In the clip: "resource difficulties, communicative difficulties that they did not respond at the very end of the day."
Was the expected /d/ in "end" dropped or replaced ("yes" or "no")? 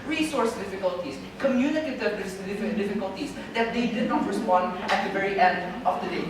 no